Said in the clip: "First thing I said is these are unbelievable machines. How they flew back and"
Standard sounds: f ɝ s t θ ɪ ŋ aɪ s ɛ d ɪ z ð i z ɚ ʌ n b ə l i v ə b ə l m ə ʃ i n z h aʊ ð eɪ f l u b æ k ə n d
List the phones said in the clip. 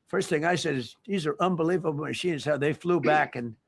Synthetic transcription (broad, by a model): f ɝ s t θ ɪ ŋ aɪ s ɛ d ɪ z ð i z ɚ ʌ n b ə l i v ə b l m ə ʃ i n z h aʊ ð eɪ f l u b æ k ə n